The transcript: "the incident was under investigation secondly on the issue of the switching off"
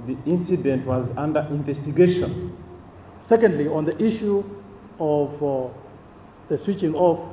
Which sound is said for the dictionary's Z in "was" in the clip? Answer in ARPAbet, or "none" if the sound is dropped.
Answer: Z